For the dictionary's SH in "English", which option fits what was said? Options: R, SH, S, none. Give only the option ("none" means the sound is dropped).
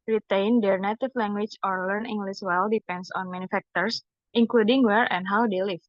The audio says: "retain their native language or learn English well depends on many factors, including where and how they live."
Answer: S